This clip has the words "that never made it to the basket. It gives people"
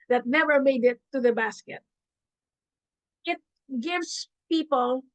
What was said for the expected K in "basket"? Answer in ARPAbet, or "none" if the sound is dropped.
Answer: K